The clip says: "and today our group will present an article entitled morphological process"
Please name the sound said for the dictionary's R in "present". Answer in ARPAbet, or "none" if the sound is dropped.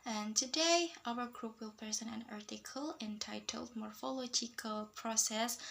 none